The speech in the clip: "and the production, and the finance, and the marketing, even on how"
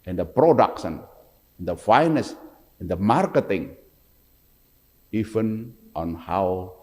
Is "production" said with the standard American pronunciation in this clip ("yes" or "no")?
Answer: no